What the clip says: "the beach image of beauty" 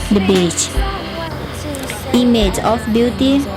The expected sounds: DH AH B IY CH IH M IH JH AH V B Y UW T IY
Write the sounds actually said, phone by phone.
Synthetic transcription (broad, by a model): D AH B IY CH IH M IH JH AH F B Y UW T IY